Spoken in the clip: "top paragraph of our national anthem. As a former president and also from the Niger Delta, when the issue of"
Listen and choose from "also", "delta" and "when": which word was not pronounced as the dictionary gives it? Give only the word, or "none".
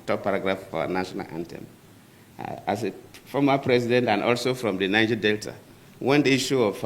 none